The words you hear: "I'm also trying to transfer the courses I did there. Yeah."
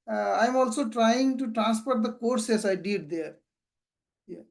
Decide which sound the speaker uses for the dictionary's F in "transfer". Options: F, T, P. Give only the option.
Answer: P